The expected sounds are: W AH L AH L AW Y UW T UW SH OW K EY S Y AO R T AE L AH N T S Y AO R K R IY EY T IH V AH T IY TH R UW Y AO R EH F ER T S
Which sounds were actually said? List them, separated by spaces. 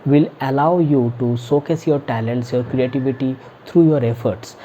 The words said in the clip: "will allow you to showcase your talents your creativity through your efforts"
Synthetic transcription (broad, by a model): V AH L AH L AW Y UW T UW S OW K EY S Y AO R T AE L AH N T S Y AO R K R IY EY T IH V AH T IY T R UW Y AO R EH F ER T S